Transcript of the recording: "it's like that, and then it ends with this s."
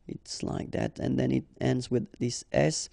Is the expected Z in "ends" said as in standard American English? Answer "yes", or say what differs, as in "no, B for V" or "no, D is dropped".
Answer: yes